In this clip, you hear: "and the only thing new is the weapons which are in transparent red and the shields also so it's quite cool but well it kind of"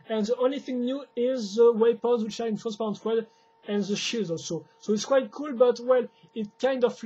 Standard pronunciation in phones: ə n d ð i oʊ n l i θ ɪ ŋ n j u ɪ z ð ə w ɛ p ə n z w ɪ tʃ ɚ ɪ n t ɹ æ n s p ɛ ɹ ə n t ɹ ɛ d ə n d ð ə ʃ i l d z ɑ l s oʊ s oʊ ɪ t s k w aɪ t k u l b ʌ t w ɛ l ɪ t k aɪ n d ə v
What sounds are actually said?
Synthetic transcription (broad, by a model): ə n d ð i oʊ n l i θ ɪ ŋ n j u ɪ z ð ə w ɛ p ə z w ɪ tʃ ɪ n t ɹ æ n s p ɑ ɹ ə n t w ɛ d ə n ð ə ʃ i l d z ɑ l s oʊ s oʊ ɪ t s k w aɪ t k u l b ʌ t w ɛ l ɪ t k aɪ n d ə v